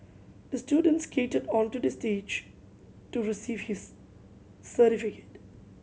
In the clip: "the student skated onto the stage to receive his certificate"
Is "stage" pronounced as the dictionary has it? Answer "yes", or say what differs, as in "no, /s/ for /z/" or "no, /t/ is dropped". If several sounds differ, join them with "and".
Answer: yes